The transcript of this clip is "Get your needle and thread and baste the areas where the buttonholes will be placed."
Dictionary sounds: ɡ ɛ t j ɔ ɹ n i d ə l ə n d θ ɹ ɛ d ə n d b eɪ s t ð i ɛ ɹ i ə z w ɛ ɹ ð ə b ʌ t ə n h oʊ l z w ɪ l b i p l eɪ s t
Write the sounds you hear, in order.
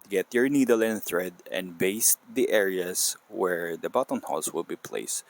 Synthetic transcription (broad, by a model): ɡ ɛ t j ɔ ɹ n i d ə l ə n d θ ɹ ɛ d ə n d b eɪ s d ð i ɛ ɹ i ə s w ɛ ɹ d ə b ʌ t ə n h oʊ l s w ɪ l b i p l eɪ s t